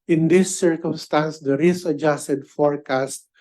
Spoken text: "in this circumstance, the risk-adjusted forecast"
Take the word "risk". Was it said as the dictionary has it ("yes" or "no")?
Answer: no